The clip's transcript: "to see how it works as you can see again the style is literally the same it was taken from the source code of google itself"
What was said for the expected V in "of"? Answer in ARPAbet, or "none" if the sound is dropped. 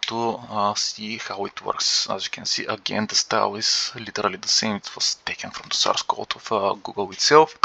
F